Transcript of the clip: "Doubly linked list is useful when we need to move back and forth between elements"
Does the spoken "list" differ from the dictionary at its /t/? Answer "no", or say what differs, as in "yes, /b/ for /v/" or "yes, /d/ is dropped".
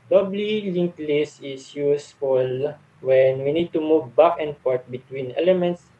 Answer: yes, /t/ is dropped